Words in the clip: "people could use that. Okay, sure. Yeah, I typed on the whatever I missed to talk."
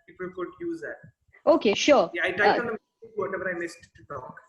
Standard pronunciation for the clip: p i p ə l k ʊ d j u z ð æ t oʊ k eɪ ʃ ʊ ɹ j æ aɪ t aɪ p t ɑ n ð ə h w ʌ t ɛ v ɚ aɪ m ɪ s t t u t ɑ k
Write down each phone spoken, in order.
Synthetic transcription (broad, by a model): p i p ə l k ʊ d j u z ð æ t oʊ k eɪ ʃ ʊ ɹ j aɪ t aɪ t ɑ n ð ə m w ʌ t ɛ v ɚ aɪ m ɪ s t t u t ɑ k